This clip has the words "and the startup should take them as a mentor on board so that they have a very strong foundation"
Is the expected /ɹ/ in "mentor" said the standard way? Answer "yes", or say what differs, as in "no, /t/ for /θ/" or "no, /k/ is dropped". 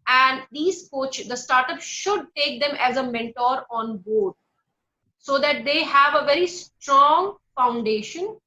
yes